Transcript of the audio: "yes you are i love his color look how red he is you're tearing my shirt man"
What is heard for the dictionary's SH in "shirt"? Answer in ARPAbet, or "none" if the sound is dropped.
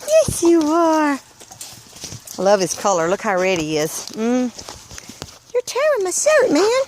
S